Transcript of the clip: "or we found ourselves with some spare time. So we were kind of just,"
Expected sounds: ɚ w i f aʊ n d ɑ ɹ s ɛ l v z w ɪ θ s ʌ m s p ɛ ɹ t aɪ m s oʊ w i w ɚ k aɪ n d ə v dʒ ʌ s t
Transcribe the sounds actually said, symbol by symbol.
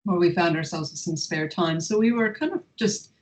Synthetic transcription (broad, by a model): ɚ w i f aʊ n d ɑ ɹ s ɛ l v z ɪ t s ʌ m s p ɛ ɹ t aɪ m s oʊ w i w ɚ k aɪ n d ə v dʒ ʌ s t